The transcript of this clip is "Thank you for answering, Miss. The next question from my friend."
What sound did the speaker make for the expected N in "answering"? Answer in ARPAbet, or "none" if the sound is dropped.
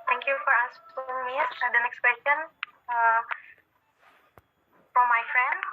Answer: none